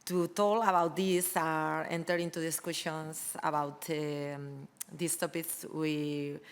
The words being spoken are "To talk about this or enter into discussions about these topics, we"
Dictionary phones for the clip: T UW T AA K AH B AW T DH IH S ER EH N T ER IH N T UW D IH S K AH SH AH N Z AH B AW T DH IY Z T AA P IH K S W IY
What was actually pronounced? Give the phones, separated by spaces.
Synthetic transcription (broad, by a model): T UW T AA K AH B AW T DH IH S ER EH N T ER IH N T UW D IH S K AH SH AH N S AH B AW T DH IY S T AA P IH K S W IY